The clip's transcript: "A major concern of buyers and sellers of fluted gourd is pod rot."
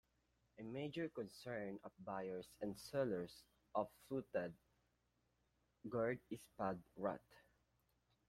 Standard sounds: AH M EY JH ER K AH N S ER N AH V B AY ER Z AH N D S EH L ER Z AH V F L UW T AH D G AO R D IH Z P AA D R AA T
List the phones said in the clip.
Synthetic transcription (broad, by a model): AH M EY JH ER K AH N S ER N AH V B AY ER S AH N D S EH L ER S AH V F L UW T AH D G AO R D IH S P AA D R AA T